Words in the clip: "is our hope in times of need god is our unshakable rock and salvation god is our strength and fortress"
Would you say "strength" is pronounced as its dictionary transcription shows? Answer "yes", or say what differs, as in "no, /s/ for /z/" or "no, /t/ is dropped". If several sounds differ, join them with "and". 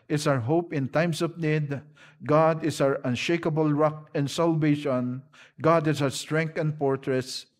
no, /t/ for /θ/